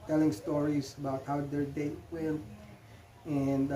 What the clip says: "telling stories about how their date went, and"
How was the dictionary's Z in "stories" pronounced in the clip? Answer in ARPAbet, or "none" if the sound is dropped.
S